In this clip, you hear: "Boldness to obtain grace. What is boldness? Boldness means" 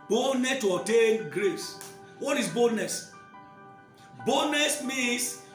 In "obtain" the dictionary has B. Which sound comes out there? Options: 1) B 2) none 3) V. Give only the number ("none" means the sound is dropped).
2